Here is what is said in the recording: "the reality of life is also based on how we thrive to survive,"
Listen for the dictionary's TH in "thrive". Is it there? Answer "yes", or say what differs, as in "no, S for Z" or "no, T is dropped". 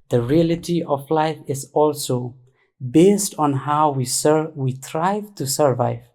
no, S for TH